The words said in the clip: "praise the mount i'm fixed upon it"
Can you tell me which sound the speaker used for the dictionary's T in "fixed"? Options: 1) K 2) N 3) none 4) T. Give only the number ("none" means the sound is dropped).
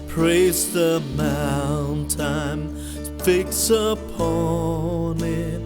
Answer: 3